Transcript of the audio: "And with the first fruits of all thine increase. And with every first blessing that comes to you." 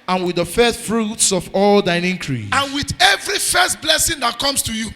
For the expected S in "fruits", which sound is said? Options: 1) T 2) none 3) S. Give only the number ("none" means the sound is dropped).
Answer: 3